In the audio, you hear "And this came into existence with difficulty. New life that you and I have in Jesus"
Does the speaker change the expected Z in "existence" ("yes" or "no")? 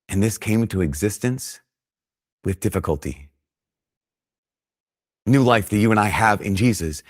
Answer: no